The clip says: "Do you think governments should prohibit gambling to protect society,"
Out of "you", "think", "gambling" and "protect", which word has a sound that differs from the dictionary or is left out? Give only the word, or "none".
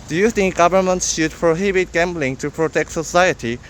think